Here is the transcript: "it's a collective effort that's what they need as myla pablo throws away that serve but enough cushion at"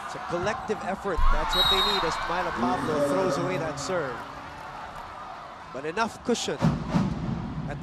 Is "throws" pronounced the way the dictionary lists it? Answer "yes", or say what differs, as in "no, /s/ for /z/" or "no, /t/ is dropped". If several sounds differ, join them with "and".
yes